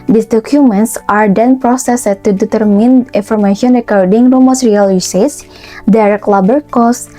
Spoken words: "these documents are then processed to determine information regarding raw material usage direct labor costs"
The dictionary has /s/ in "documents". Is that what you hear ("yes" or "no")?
yes